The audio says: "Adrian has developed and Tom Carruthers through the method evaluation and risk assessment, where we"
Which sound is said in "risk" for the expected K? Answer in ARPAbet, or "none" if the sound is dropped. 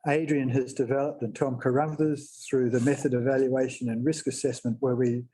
K